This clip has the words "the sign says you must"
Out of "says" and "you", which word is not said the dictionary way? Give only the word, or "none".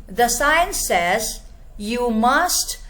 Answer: none